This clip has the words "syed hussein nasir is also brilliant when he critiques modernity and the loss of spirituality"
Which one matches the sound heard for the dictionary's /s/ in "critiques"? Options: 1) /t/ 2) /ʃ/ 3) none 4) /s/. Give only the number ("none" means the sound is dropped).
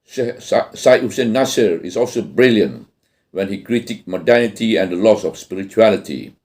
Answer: 3